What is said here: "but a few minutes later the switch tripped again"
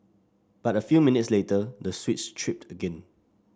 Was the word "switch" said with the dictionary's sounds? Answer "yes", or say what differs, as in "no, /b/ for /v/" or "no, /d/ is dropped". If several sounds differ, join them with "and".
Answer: no, /s/ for /tʃ/